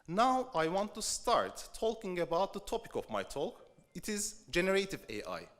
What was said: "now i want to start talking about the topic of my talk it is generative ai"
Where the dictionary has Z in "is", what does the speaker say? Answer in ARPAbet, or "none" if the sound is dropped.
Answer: Z